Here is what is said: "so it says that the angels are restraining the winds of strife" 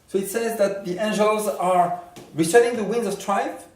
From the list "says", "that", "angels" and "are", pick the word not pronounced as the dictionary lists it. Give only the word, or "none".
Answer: none